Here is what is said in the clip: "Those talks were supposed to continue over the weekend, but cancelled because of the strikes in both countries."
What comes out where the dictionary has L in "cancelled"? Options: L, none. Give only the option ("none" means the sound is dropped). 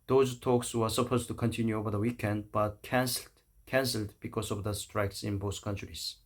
L